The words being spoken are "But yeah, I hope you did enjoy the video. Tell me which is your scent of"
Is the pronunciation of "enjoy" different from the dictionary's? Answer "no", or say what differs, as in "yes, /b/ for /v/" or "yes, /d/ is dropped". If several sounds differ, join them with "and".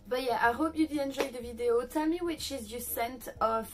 yes, /ʒ/ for /dʒ/